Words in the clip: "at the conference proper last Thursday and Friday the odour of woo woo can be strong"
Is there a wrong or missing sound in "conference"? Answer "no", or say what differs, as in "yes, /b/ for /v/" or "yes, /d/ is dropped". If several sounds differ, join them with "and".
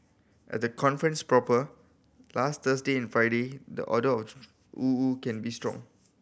no